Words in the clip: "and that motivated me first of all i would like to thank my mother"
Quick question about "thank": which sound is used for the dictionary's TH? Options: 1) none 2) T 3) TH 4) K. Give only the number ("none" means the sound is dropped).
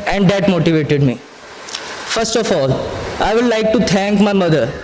2